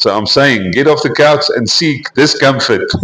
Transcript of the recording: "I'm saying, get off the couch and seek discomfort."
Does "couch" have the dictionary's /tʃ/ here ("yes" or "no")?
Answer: no